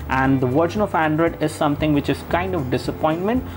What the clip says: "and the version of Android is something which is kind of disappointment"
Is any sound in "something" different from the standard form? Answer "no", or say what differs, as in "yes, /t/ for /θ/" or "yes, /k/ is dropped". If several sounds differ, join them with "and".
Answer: yes, /t/ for /θ/